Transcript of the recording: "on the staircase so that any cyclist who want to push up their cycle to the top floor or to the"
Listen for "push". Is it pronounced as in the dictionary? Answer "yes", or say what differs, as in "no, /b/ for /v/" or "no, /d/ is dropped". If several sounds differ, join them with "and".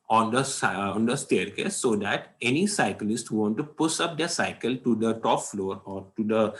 no, /s/ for /ʃ/